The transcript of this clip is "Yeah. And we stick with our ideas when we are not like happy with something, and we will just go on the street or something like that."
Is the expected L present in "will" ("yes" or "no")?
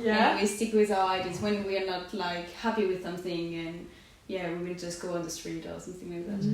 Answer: no